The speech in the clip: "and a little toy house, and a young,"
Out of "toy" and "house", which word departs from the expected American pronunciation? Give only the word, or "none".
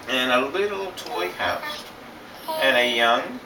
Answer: none